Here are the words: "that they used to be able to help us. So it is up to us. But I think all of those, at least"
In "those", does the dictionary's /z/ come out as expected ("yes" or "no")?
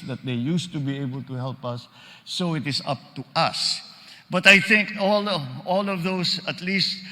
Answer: no